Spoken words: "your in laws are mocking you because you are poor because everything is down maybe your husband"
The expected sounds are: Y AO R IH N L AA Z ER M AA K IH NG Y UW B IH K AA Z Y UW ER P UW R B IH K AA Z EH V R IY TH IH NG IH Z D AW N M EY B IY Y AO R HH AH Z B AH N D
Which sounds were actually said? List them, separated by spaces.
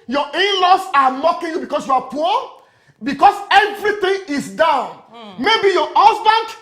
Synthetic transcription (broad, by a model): Y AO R IH N L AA S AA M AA K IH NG Y UW B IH K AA S Y UW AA P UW B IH K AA S EH V R IY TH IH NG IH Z D AW N M EY B IY Y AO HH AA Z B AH N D